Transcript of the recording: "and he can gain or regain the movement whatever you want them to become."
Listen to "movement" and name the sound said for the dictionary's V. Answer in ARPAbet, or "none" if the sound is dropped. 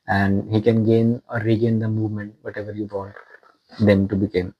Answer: V